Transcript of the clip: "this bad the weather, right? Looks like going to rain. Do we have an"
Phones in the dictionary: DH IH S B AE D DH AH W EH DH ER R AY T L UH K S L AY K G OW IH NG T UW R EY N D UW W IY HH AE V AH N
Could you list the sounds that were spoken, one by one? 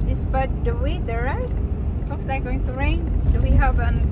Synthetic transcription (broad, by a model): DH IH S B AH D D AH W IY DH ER R AY T W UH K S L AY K G OW IH NG T UW R EY N D UW W IY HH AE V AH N